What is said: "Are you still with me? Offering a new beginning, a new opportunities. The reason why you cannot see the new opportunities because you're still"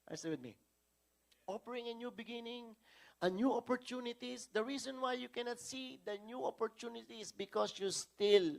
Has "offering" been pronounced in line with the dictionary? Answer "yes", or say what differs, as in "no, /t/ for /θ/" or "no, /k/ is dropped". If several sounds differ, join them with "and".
no, /p/ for /f/